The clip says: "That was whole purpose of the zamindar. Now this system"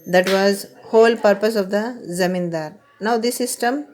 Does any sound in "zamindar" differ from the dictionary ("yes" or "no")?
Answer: no